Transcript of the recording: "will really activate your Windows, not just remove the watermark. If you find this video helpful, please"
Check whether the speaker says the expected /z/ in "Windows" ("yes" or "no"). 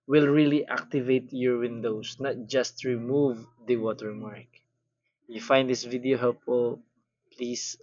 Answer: no